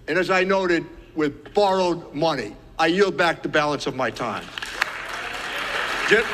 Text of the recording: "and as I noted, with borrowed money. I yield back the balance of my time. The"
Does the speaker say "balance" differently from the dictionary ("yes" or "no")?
no